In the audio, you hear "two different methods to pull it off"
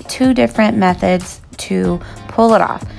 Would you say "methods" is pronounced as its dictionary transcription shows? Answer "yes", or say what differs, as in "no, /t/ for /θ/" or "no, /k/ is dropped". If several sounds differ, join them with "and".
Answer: yes